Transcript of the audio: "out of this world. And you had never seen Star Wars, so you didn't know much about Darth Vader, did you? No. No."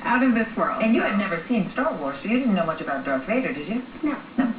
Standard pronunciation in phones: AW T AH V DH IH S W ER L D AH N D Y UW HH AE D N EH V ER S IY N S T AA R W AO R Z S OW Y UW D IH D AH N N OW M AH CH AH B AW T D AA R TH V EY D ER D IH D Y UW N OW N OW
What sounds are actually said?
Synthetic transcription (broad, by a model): AW T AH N DH IH S W ER L D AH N Y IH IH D N EH V ER S IY N S T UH L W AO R S OW Y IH D IH D N N OW M AH CH AH B AW T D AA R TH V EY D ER D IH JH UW N OW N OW